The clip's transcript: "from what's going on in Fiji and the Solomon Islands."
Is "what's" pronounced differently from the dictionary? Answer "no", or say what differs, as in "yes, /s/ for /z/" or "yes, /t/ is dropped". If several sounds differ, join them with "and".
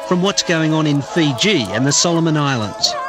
no